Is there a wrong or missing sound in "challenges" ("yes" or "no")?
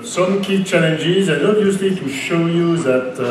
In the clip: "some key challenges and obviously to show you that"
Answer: no